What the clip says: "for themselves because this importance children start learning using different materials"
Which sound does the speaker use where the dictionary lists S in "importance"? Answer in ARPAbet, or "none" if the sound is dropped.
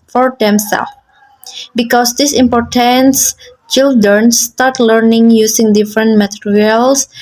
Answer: S